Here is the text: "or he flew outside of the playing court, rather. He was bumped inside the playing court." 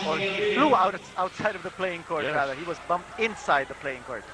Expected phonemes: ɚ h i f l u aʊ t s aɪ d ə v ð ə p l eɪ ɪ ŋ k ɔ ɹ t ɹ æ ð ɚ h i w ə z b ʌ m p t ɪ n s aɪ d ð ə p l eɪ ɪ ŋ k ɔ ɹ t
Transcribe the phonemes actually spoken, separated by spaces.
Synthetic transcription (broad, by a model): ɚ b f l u aʊ t s aɪ d ə v ð ə p l eɪ ɪ ŋ k ɔ ɹ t ɹ æ ð ɚ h i w ə z b ʌ m p t ɪ n s aɪ d ð ə p l eɪ ɪ ŋ k ɔ ɹ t